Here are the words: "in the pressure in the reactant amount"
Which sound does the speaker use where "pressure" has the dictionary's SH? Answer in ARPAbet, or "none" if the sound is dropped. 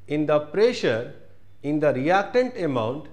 SH